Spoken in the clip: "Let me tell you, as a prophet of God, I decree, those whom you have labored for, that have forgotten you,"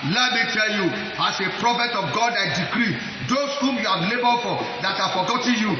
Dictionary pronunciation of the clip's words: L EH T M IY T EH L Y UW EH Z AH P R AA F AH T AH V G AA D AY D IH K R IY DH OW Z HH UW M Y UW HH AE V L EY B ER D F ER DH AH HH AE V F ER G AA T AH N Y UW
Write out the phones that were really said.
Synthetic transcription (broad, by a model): L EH T M IY T EH L Y UW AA S AH P R AA F AH T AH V G AA D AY D IH K R IY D OW S HH UW M Y UW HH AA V L EY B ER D F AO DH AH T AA F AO G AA T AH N Y UW